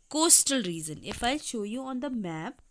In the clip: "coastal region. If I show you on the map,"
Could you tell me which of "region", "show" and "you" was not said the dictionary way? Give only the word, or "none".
region